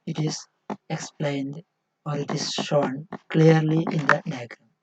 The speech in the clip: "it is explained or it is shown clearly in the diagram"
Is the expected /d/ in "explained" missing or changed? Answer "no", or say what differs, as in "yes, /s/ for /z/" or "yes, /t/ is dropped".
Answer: no